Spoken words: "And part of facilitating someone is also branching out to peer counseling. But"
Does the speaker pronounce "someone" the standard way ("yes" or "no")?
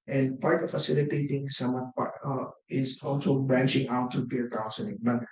no